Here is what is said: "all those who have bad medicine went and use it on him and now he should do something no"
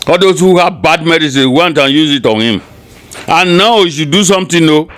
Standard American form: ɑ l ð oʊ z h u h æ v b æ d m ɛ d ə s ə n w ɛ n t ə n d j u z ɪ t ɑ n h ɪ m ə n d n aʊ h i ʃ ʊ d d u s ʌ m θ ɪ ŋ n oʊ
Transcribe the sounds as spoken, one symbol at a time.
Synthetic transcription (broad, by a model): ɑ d oʊ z h u h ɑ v b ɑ d m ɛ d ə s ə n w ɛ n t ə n j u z ɪ t ɑ n h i m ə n n aʊ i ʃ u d d u s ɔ m t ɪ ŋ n oʊ